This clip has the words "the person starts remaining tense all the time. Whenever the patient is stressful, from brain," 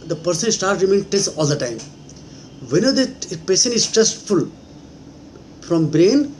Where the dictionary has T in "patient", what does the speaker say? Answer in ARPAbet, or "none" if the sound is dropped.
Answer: none